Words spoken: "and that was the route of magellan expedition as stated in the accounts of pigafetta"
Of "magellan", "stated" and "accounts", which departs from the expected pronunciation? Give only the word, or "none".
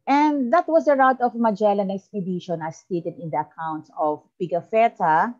none